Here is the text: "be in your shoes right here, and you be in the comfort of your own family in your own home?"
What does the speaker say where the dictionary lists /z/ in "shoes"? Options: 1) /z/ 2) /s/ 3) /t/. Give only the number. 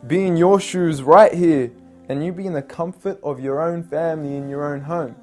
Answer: 1